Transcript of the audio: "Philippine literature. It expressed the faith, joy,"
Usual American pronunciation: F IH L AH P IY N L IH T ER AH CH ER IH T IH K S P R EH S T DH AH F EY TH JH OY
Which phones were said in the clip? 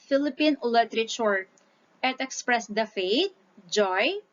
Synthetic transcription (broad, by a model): F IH L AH P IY N L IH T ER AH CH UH IH T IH K S P R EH S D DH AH F EY T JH OY